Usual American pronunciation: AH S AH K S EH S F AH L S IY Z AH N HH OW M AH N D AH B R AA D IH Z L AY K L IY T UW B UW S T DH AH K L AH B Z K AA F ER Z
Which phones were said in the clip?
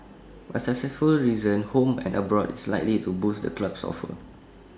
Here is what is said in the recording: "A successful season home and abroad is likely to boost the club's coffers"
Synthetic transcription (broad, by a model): AH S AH S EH F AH L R IY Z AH N HH OW M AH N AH B R AA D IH S L AY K L IY T UW B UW S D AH K L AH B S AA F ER